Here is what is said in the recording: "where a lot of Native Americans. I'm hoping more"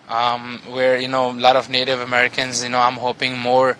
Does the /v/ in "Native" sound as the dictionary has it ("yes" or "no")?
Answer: yes